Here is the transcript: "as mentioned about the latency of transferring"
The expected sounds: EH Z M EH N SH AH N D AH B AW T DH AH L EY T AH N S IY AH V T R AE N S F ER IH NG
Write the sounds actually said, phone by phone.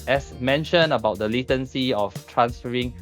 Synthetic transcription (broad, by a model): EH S M EH N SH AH N AH B AW T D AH L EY T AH N S IY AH F T R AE N S F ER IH NG